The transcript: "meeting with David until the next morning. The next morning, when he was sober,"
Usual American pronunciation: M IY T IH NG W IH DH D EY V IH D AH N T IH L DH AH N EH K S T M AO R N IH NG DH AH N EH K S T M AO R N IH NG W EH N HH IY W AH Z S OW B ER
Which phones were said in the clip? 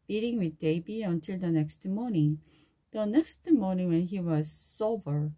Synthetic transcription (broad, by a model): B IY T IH NG W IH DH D EY B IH AH N T IH L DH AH N EH K S T M AO R N IH NG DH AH N EH K S T M AO R N IH NG W EH N HH IY W AH Z S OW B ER